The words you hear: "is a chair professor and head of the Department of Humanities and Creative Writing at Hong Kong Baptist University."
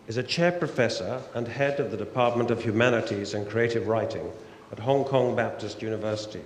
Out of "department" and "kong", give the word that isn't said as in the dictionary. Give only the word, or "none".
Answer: none